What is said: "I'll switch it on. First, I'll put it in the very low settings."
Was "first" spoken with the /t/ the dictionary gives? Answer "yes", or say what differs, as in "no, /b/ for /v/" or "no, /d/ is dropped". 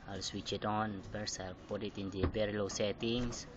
no, /t/ is dropped